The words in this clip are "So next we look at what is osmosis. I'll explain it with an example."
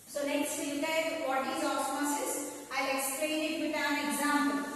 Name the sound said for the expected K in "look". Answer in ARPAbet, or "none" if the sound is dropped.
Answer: none